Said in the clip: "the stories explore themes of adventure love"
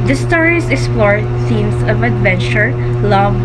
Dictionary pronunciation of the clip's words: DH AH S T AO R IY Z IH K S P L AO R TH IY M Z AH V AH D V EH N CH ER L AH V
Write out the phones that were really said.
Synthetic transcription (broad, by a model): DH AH S T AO R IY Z IH K S P L AO R S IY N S AH V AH D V EH N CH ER L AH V